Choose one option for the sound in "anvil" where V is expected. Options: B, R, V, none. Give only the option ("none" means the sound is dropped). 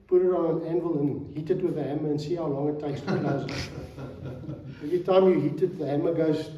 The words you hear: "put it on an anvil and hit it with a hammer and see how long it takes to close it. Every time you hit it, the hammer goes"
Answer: V